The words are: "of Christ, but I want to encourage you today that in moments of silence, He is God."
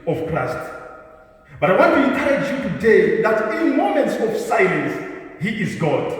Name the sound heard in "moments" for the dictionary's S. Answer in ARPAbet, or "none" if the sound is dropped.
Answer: S